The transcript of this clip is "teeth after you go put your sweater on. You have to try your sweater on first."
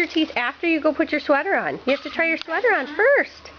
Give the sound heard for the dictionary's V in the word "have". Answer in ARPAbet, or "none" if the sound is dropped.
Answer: F